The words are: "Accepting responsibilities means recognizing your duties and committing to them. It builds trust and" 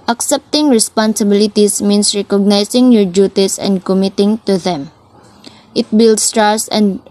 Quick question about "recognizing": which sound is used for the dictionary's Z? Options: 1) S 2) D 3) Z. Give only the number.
1